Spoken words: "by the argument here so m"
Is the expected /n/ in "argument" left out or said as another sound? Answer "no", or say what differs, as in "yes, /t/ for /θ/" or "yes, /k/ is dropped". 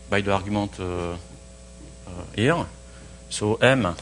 yes, /n/ is dropped